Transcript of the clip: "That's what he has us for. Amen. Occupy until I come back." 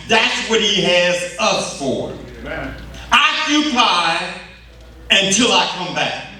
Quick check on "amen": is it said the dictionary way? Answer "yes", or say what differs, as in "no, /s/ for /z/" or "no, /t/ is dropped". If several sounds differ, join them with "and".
no, /m/ is dropped